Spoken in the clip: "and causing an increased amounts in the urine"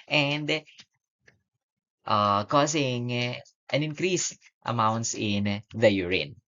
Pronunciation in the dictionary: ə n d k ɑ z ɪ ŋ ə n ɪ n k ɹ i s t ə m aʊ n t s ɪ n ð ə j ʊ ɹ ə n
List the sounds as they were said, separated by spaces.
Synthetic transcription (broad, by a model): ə n d k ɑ s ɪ ŋ ə n ɪ n k ɹ i s t ə m aʊ n t s ɪ n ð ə j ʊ ɹ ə n